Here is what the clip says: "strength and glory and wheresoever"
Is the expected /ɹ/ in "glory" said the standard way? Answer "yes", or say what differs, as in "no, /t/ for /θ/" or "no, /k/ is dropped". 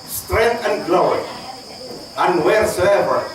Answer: no, /ɹ/ is dropped